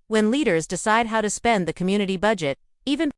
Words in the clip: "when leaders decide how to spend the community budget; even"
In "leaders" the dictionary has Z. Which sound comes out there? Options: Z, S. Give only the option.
Z